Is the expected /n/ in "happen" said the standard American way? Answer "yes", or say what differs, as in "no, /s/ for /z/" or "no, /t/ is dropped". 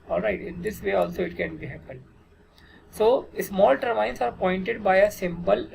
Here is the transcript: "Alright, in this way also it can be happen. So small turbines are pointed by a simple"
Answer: no, /l/ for /n/